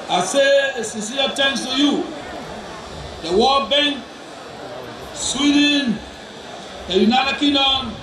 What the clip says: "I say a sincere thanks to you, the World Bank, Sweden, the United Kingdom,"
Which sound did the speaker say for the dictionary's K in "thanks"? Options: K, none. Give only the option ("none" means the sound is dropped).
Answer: none